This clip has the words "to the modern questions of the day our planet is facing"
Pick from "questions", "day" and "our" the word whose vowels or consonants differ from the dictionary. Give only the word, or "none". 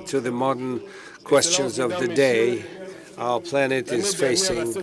none